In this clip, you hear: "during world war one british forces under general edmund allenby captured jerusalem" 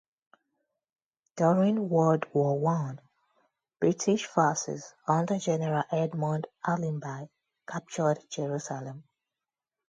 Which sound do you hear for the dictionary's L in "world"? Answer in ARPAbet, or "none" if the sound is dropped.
none